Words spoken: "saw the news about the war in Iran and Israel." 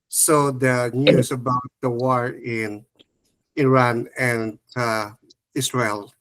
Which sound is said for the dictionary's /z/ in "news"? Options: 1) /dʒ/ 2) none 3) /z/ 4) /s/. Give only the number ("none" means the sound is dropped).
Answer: 4